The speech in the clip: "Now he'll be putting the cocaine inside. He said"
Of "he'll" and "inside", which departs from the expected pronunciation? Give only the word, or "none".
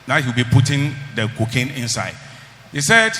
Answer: he'll